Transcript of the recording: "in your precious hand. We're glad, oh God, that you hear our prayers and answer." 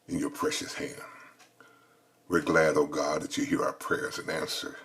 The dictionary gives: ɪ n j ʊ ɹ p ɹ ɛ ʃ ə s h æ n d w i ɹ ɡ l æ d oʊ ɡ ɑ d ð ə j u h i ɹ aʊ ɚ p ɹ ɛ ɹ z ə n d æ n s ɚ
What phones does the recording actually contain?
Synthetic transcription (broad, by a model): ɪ n j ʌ ɹ p ɹ ɛ ʃ ə s h æ n d w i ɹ ɡ l æ d oʊ ɡ ɑ d ð ə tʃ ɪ h i ɹ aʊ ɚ p ɹ ɛ ɹ z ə n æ n s ɚ